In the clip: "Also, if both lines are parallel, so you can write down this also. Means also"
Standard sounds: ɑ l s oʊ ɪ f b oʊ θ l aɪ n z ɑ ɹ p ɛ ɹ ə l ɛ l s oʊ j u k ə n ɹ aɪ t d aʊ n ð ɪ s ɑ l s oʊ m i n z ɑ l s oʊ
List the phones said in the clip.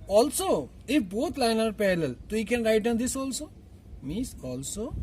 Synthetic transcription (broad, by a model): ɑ l s oʊ ɪ f b oʊ t l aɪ n ɑ ɹ p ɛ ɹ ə l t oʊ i k ə n ɹ aɪ t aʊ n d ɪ s ɑ l s oʊ m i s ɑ l s oʊ